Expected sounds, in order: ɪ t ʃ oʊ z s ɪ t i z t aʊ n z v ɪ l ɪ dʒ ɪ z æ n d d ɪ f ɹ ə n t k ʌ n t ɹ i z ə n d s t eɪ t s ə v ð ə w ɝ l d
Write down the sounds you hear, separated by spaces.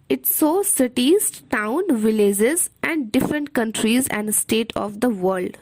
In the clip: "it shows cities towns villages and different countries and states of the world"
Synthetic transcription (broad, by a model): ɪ t s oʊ s ɪ t i z t aʊ n v ɪ l ɪ dʒ ɪ z æ n d d ɪ f ɹ ə n t k ʌ n t ɹ i z ə n d s t eɪ t ə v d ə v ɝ l d